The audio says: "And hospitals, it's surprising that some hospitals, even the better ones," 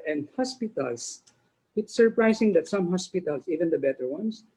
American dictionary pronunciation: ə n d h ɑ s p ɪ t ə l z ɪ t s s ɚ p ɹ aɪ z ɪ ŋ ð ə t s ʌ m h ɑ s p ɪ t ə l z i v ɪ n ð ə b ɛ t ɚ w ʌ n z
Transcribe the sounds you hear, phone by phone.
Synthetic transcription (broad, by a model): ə n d h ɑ s p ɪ t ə l s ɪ t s s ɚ p ɹ aɪ s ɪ ŋ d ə t s ʌ m h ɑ s p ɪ t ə l s i v ɪ n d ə b ɛ t ɚ w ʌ n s